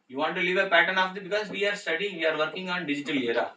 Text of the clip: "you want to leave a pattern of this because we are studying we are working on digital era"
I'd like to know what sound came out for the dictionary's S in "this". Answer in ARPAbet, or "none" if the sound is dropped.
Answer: none